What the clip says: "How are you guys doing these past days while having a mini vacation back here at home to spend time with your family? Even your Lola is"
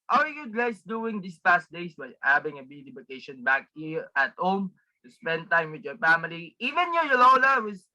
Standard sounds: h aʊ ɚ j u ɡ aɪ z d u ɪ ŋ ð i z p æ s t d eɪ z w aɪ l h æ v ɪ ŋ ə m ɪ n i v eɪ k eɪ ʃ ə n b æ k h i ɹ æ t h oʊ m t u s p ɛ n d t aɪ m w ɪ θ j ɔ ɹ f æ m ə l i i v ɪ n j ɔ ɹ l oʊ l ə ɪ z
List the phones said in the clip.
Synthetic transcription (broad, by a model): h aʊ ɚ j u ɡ aɪ s d u ɪ ŋ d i s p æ s t d eɪ s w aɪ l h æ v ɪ ŋ ə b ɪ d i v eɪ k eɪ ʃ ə n b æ k h i ɹ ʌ t h oʊ m t u s p ɛ n d t aɪ m w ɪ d j ɔ ɹ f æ m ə l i i v ɪ n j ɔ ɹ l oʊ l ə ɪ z